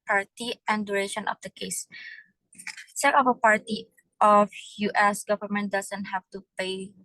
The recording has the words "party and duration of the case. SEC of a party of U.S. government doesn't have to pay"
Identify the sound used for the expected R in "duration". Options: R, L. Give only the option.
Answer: R